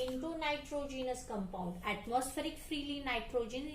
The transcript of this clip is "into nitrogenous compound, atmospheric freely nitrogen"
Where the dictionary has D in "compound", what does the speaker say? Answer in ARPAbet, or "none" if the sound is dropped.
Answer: D